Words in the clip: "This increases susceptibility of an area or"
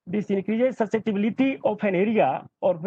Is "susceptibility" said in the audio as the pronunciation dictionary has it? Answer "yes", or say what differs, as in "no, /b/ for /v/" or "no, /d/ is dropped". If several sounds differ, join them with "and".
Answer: no, /p/ is dropped